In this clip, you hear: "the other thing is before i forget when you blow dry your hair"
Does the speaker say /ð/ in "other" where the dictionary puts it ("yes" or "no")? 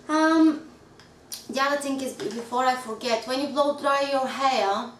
no